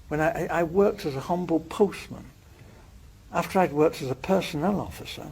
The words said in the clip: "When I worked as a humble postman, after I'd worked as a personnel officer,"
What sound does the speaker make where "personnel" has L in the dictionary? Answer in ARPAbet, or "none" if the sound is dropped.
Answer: L